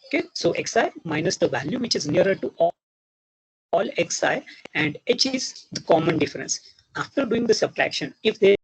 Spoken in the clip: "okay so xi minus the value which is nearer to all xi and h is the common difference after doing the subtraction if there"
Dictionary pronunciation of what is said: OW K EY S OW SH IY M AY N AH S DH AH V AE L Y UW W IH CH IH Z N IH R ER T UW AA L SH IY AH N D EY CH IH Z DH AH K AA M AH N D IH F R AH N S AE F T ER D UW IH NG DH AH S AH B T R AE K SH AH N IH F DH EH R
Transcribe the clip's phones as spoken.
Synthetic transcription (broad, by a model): OW K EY S OW S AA M AY N AH S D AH V AE L Y UW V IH CH IH Z N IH R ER T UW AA L S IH AH N D EY CH IH Z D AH K AA M AH N D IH F R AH N S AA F T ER D UW IH NG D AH S AH B T R AE K SH AH N IH F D EH